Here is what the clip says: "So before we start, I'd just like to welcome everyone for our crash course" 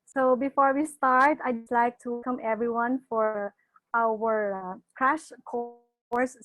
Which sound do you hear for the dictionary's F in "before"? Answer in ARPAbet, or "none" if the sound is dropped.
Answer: F